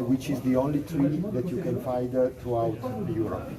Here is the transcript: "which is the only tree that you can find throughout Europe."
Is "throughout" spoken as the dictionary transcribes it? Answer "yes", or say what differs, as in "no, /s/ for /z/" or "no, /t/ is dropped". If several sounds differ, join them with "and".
no, /t/ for /θ/